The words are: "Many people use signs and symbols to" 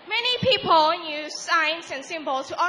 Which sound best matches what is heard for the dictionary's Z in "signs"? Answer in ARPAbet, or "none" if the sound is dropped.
S